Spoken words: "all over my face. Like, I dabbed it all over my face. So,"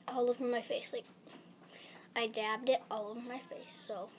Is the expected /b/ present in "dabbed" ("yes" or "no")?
yes